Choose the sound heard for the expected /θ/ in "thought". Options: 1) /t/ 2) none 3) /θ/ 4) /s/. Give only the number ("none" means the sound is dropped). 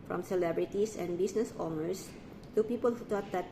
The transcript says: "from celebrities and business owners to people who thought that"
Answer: 1